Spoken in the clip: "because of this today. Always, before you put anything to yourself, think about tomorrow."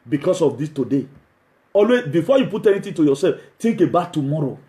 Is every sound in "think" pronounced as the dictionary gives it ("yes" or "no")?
no